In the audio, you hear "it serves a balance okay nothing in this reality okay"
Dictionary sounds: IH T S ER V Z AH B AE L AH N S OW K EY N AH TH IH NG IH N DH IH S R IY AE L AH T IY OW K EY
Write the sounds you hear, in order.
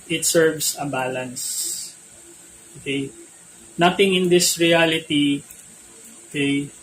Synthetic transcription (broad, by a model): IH T S ER V S AH B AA L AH N S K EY N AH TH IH NG IH N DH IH S R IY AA L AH T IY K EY